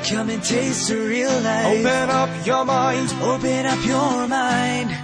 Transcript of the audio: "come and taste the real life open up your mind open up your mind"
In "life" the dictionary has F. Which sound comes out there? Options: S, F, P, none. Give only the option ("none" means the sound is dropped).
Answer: none